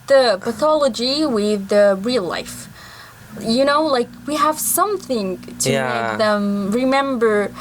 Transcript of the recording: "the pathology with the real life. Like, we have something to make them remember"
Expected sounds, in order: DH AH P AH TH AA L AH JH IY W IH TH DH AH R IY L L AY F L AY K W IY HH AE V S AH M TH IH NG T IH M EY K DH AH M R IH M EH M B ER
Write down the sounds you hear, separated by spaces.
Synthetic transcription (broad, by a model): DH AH P AH TH AA L AH JH IY W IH DH AH R IY L L AY F L AY K W IY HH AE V S AH M TH IH NG T IH M EY K DH AH M R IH M EH M B ER